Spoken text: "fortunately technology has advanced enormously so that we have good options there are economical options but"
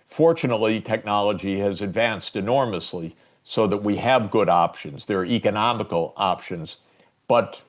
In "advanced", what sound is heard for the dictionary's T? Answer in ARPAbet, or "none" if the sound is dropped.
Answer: T